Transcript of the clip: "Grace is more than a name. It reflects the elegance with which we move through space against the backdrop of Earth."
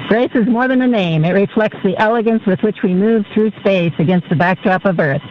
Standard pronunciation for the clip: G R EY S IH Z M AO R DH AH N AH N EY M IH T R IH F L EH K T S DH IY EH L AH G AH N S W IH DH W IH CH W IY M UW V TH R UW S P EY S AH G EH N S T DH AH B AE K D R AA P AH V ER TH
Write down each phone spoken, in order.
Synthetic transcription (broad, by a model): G R EY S IH Z M AO R DH AH N AH N EY M IH T R IH F L EH K T S DH IY EH L AH G AH N S W IH DH W IH CH W IY M UW V TH R UW S P EY S AH G EH N S T DH AH B AE K D R AA P AH V ER TH